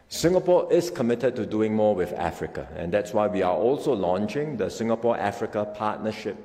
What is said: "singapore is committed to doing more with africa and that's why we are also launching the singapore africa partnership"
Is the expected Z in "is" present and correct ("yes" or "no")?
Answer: no